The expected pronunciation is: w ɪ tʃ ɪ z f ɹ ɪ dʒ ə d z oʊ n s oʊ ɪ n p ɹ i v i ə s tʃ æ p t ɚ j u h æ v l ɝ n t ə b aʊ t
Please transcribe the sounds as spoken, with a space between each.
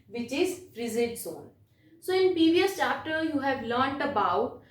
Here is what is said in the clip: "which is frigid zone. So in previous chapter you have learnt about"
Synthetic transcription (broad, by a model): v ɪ tʃ ɪ z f ɹ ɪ z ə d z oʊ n s oʊ ɪ n p ɹ i v i ə s tʃ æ p t ɚ j u h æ v l ɝ n t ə b aʊ t